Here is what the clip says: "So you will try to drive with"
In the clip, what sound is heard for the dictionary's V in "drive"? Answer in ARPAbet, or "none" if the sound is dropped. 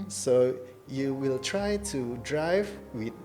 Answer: V